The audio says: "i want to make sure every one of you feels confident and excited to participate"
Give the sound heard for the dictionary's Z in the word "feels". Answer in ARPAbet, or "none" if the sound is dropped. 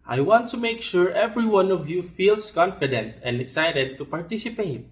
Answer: S